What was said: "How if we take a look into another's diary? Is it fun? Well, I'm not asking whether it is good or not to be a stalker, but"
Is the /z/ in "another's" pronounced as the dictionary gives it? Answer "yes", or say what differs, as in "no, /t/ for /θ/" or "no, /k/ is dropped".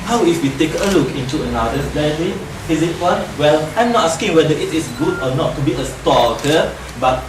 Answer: no, /z/ is dropped